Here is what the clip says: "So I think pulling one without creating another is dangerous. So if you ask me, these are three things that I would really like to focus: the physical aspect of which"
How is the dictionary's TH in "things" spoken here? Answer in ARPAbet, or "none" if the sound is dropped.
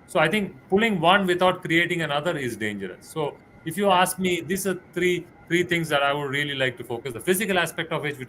T